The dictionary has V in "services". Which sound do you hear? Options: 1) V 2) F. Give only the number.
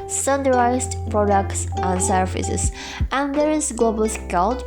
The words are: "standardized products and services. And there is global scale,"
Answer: 2